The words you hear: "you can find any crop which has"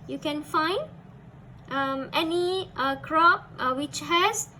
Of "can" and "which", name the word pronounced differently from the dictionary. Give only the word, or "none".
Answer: none